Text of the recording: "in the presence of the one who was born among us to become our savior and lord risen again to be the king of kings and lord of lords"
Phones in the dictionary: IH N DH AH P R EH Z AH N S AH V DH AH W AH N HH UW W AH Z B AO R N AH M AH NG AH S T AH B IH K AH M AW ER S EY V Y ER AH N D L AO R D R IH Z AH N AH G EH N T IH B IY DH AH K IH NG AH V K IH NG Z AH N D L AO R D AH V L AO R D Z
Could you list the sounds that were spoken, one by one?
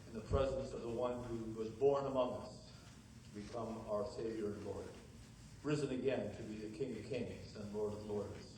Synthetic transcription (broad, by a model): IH N DH AH P R EH Z AH N S AH V DH AH W AH N HH UW W AH Z B AO R N AH M AH NG AH S T AH B IH K AH M AW ER S EY V Y ER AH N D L AO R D R IH Z AH N AH G EH N T IH B IY DH AH K IH NG AH V K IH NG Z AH N L AO R D AH V L AO R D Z